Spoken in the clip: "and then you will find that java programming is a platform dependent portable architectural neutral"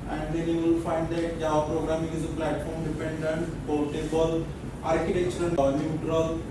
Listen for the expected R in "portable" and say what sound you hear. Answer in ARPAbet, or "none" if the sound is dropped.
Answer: L